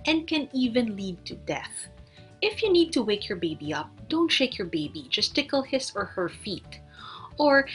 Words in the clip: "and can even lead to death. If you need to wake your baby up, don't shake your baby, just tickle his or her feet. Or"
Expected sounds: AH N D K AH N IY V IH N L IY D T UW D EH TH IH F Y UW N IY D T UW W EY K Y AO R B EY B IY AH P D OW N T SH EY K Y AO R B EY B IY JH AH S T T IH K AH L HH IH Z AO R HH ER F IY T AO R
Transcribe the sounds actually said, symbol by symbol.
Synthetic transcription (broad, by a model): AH N D K AH N IY V IH N L IY D T UW D EH TH IH F Y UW N IY D T UW W EY K Y AO R B EY B IY AH P D OW N T SH EY K Y AO R B EY B IY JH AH S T T IH K AH L HH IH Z AO R HH ER F IY T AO R